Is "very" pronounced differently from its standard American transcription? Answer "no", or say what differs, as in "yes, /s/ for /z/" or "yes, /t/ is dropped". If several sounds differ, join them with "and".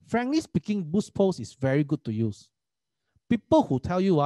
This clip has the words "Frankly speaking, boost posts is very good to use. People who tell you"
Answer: no